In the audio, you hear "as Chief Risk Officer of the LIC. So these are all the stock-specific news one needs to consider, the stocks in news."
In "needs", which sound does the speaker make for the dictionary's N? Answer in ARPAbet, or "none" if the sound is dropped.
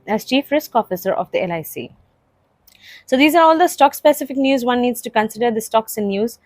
N